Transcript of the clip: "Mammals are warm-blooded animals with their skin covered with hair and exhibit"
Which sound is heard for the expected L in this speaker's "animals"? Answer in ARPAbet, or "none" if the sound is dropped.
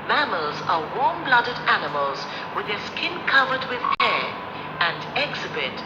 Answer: L